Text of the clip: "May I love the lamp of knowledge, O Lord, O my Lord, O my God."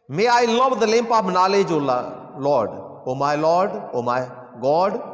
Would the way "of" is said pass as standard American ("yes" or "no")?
no